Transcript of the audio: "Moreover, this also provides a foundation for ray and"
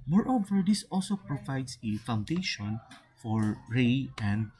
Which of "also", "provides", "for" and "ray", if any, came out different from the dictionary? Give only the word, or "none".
provides